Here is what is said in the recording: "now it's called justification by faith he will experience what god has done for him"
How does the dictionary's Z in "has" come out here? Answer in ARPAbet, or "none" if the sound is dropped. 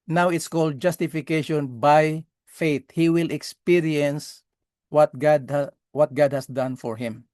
S